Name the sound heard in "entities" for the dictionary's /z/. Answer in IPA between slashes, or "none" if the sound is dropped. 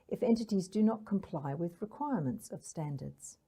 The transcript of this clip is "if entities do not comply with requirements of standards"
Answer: /z/